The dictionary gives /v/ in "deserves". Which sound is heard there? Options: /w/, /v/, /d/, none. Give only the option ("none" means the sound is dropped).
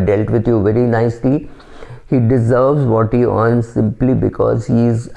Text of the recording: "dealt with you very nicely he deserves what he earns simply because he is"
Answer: /v/